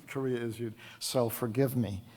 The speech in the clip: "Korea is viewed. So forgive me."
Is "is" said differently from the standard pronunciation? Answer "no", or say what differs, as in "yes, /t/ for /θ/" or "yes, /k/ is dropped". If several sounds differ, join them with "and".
no